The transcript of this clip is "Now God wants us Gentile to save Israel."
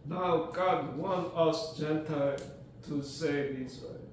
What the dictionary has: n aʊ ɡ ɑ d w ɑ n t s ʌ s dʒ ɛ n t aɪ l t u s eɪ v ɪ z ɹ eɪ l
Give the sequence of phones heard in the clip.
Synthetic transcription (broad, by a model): n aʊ ɡ ɑ d w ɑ n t ʌ s dʒ ɛ n t aɪ l t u s eɪ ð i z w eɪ